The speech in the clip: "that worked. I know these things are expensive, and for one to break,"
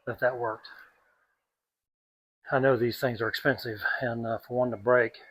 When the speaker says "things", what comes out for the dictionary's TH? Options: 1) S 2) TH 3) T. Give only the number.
2